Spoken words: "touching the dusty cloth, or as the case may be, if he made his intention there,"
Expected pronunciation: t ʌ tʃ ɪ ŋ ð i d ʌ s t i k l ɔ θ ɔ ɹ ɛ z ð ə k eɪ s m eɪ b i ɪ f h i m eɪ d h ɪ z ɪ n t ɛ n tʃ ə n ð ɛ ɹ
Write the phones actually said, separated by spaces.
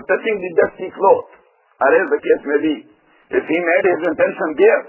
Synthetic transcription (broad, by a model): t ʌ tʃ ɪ ŋ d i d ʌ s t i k l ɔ t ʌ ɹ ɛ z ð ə k eɪ s m eɪ b i ɪ f h i m eɪ d h ɪ z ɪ n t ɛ n ʃ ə n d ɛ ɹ